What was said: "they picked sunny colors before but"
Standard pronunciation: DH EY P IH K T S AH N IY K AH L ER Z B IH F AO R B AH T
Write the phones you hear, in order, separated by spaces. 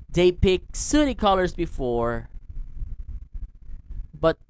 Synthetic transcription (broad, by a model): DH EY P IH K S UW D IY K AH L ER Z B IH F AO R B AH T